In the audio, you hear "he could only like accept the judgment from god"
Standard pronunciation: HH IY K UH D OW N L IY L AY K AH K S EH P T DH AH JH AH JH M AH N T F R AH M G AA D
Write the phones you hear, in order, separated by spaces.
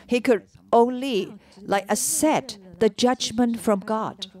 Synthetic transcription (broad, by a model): HH IY K UH D OW N L IY L AY K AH S EH T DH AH JH AH JH M AH N T F R AH M G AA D